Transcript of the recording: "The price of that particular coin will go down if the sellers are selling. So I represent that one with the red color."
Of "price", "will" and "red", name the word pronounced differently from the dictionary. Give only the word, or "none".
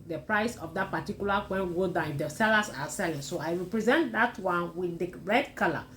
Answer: will